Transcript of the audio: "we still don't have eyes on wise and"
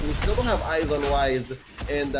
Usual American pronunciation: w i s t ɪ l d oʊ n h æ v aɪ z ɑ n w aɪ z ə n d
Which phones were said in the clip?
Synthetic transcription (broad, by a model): w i s t ɪ l h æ v aɪ z ɑ n w aɪ z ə n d